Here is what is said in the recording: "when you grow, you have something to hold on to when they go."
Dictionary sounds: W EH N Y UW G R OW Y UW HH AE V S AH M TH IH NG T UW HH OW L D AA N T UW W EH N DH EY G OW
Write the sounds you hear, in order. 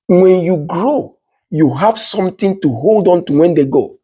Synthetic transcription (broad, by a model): W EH N Y UW G R OW Y UW HH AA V S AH M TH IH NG T UW HH OW L D AA N T UW W EH N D EY G OW